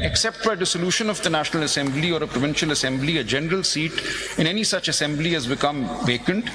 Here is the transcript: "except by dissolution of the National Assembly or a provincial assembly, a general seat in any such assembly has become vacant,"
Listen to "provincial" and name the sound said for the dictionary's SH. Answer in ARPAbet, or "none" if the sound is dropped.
SH